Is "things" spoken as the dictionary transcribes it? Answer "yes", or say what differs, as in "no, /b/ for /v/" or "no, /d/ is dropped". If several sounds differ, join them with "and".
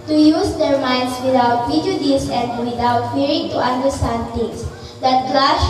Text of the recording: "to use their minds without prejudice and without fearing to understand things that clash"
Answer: no, /t/ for /θ/